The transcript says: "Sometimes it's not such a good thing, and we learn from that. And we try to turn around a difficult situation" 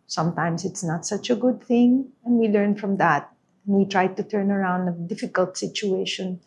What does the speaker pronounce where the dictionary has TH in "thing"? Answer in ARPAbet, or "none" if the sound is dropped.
TH